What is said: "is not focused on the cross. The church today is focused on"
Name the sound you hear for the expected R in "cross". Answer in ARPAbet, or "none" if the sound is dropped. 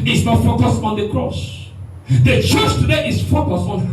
R